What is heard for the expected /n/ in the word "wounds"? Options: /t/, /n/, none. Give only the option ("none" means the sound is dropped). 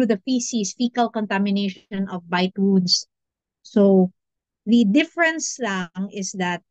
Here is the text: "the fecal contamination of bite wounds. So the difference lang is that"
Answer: none